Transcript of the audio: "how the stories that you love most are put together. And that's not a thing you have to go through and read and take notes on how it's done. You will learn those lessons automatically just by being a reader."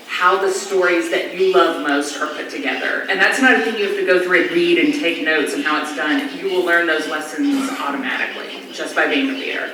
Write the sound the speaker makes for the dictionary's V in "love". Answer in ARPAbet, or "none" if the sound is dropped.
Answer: V